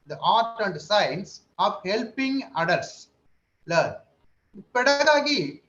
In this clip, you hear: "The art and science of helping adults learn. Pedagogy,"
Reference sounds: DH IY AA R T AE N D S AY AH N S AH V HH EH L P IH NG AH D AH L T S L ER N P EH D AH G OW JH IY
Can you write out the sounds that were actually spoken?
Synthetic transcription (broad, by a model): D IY AA R T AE N D S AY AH N S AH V HH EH L P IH NG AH D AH T S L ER P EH D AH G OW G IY